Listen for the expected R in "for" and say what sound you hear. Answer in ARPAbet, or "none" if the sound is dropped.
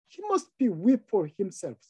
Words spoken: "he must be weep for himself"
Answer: R